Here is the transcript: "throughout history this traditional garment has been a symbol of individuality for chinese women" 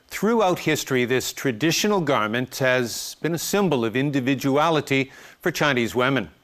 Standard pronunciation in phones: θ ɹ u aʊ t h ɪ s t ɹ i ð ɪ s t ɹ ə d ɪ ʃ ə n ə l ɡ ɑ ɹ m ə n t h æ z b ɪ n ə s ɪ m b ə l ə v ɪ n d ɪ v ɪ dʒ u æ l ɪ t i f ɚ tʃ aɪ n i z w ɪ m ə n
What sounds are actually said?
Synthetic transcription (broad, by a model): θ ɹ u aʊ t h ɪ s t ɹ i ð ɪ s t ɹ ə d ɪ ʃ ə n l ɡ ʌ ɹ m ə n t h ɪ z b ɪ n ə s ɪ m b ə l ə v ɪ n d ɪ v ɪ dʒ u æ l ɪ t i f ɚ tʃ aɪ n i z w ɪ m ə n